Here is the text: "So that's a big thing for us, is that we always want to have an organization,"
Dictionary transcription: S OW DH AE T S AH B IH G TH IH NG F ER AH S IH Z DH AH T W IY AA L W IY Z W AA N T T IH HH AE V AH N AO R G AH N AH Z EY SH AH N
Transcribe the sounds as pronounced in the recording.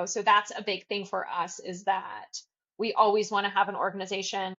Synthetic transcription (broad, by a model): S OW DH AE T S AH B IH G TH IH NG F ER AH S IH Z DH AH T W IY AA L W IY Z W AA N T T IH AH V AH N AO R G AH N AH Z EY SH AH N